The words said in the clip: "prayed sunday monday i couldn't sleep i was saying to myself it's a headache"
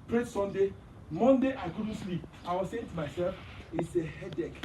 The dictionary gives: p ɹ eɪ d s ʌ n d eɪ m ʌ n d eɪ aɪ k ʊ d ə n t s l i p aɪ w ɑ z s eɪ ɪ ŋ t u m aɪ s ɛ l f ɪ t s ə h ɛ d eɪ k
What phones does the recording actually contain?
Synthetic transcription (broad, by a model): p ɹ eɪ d s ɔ n d eɪ m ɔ n d eɪ aɪ k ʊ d n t s l i p aɪ w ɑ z s eɪ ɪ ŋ t u m aɪ s ɛ l f ɪ t s ə h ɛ d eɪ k